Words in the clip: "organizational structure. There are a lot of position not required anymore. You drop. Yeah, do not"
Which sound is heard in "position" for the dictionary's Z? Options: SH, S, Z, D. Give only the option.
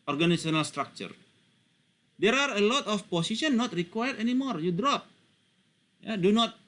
S